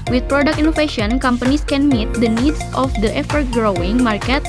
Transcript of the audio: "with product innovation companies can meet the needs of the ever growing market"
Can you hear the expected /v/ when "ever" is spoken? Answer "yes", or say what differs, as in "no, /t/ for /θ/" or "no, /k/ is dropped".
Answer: no, /f/ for /v/